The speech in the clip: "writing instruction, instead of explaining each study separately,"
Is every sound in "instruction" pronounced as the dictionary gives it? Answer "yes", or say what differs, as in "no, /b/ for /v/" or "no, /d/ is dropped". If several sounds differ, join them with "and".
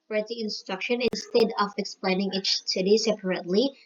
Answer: yes